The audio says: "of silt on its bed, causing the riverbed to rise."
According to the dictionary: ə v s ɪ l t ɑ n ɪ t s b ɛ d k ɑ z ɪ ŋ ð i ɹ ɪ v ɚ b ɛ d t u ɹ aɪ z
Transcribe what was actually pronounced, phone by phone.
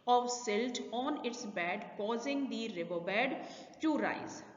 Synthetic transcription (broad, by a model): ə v s ɪ l t ɑ n ɪ t s b ɛ d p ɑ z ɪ ŋ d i ɹ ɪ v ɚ b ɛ d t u ɹ aɪ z